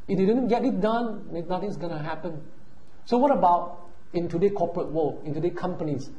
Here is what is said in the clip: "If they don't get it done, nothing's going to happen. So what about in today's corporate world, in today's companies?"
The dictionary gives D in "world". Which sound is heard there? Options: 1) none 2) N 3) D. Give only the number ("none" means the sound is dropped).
1